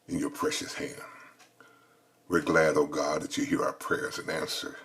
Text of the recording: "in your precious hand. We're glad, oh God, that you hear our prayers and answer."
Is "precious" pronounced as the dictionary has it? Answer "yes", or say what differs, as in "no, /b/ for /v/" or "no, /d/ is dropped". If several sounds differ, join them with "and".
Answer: yes